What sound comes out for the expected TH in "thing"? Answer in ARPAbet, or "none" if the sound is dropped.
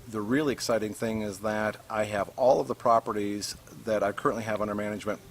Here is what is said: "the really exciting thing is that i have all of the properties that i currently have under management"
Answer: TH